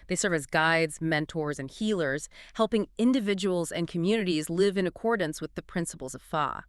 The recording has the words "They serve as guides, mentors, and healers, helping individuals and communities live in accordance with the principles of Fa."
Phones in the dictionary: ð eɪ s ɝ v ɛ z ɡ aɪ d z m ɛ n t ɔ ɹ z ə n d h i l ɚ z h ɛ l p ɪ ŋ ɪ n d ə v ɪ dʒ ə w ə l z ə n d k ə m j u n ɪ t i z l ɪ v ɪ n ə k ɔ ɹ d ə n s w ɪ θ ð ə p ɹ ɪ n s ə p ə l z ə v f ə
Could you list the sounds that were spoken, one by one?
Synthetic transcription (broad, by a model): ð eɪ s ɝ v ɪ z ɡ aɪ d z m ɛ n t ɔ ɹ z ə n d h i l ɚ z h ɛ l p ɪ ŋ ɪ n d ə v ɪ dʒ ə w l z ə n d k ə m j u n ɪ t i z l ɪ v ɪ n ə k ɔ ɹ d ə n s w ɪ ð ə p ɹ ɪ n s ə p l z ə v f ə